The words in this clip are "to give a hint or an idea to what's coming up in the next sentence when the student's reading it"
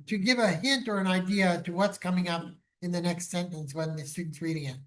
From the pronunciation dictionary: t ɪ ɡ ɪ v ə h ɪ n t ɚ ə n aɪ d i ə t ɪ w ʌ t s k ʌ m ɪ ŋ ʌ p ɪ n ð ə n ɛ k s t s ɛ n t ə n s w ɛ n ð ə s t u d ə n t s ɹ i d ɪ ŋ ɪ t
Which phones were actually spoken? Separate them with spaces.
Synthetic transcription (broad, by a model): t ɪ ɡ ɪ v ə h ɪ n t ɚ ə n aɪ d i ə t ɪ w ʌ t s k ʌ m ɪ ŋ ʌ p ɪ n ð ə n ɛ k s t s ɛ n t ə n s w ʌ n ð ə s t u d n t s ɹ i d ɪ ŋ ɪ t